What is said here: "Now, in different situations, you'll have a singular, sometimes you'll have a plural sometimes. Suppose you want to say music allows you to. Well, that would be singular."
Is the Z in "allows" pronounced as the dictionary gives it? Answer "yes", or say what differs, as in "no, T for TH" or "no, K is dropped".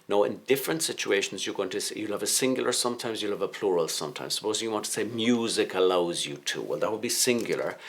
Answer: yes